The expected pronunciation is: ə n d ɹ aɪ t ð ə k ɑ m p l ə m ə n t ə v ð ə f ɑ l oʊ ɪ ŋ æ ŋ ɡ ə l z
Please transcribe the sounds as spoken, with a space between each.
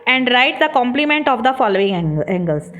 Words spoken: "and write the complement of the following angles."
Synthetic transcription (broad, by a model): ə n d ɹ aɪ t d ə k ɑ m p l ə m ə n t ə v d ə f ɑ l oʊ ɪ ŋ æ ŋ ɡ ə l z